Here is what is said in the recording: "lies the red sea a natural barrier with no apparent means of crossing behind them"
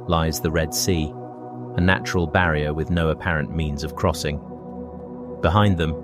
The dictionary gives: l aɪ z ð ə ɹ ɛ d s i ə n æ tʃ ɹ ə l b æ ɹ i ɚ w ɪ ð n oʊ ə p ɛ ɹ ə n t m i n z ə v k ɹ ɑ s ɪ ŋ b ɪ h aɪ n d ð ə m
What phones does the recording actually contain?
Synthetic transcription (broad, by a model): l aɪ z ð ə ɹ ɛ d s i ə n æ tʃ ɹ ə l b æ ɹ i ɚ w ɪ ð n oʊ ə p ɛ ɹ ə n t m i n z ə v k ɹ ɑ s ɪ ŋ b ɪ h aɪ n ð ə m